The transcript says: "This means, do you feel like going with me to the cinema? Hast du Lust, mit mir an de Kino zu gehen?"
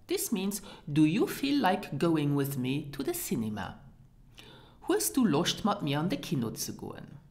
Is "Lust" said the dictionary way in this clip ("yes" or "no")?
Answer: no